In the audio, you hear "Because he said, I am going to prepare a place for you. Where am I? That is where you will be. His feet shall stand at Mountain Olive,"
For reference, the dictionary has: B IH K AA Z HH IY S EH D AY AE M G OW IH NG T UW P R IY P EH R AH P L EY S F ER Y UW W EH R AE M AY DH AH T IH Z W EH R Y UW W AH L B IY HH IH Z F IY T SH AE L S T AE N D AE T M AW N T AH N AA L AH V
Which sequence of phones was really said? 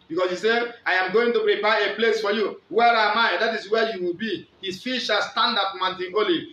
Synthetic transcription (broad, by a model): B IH K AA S HH IY S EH AY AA M G OW IH NG T UW P R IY P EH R AH P L EY S F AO Y UW W EH R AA M AY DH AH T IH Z W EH Y UW W AH L B IY HH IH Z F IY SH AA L S T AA N D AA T M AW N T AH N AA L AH